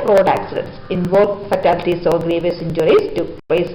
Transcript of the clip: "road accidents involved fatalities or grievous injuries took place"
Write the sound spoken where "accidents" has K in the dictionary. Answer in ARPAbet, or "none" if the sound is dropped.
K